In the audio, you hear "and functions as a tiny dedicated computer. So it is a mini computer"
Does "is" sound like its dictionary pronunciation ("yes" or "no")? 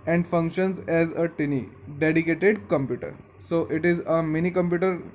yes